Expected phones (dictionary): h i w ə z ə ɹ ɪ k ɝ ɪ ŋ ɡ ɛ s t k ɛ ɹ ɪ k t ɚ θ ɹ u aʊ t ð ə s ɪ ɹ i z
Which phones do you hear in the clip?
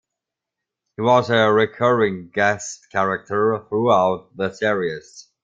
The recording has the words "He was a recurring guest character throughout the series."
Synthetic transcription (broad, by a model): h i w ə z ə ɹ ɪ k ɝ ɪ ŋ ɡ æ s k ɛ ɹ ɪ k t ɚ θ ɹ u aʊ t ð ə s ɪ ɹ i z